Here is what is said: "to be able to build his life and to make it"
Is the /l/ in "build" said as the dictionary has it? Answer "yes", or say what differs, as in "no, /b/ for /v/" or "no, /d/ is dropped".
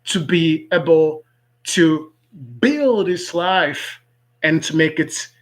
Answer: yes